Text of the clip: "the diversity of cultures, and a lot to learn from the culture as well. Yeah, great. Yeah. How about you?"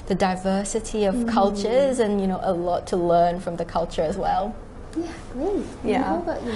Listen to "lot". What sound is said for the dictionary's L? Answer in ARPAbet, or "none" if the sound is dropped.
N